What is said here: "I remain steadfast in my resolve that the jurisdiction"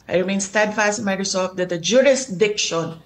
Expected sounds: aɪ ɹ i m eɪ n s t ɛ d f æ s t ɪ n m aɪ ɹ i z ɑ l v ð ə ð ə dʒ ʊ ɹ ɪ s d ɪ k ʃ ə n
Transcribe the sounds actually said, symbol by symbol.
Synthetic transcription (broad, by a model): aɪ ɹ i m eɪ n s t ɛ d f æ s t ɪ n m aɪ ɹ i s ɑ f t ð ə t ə dʒ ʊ ɹ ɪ s d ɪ k ʃ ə n